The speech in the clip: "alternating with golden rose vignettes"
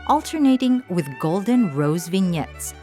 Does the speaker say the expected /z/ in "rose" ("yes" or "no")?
yes